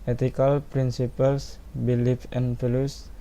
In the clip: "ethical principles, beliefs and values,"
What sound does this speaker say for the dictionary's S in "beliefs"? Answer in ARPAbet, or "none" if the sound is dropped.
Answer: none